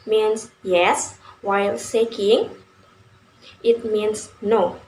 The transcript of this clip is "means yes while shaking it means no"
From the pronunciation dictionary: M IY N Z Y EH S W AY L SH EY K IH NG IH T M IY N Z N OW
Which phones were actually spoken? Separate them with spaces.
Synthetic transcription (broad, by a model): M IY N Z Y EH S W AY L S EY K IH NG IH T M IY N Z N OW